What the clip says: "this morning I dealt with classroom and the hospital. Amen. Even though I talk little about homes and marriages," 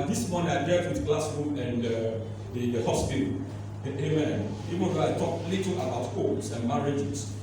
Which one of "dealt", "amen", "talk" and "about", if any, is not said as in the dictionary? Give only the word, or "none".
dealt